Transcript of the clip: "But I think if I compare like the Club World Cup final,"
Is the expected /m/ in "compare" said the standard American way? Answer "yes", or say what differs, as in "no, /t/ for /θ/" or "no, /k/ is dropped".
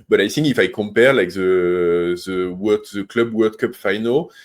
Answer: yes